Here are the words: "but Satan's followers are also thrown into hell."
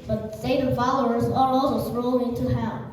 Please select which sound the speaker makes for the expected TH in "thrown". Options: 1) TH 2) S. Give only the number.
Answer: 2